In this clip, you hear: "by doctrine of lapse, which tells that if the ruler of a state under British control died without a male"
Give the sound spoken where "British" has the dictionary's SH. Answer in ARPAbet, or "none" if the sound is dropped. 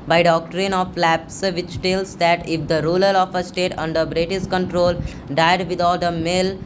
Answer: S